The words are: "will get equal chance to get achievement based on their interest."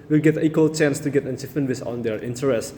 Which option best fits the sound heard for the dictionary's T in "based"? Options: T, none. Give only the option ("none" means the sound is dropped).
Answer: none